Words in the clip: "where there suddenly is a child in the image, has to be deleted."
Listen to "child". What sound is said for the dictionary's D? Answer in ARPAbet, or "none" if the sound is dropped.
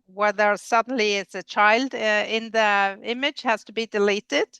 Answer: D